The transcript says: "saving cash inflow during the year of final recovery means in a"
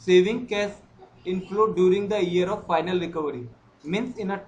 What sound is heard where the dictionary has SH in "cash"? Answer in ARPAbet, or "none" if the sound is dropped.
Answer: S